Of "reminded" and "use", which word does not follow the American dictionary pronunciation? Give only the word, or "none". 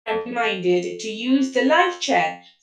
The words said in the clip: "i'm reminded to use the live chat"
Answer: reminded